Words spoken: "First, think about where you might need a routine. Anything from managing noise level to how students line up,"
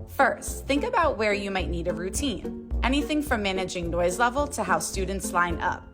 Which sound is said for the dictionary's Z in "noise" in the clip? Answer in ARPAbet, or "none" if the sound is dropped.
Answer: Z